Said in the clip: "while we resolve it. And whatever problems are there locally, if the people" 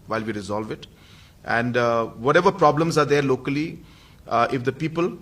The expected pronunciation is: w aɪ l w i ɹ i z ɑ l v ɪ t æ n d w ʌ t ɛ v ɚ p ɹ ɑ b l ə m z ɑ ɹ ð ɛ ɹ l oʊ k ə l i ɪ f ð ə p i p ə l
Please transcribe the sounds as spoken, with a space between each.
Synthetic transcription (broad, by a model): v aɪ l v i ɹ i z ɑ l v ɪ t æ n d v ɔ t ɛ v ɚ p ɹ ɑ b l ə m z ɑ ɹ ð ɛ ɹ l oʊ k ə l i ɪ f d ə p i p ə l